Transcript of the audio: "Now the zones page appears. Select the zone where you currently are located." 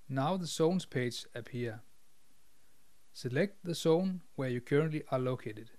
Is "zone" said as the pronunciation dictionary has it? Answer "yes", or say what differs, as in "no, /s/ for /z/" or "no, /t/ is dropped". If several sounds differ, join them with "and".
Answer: no, /s/ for /z/